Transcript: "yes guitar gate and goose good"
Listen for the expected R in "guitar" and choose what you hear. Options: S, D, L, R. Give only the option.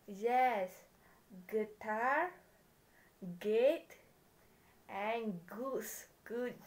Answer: R